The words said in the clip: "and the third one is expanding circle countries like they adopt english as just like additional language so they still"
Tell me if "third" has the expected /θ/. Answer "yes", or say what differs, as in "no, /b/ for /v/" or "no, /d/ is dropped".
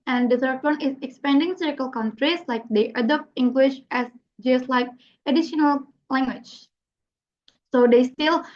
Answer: no, /s/ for /θ/